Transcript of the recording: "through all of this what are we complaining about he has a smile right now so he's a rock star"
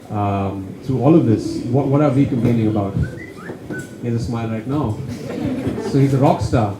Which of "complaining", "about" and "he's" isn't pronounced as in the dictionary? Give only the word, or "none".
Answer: complaining